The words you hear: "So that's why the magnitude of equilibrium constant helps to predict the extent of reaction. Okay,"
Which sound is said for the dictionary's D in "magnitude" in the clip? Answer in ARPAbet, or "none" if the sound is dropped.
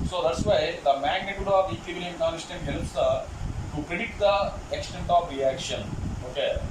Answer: D